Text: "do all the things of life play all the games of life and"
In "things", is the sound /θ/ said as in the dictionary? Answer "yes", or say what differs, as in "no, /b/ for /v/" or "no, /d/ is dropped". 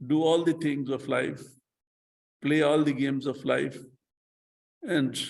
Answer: no, /t/ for /θ/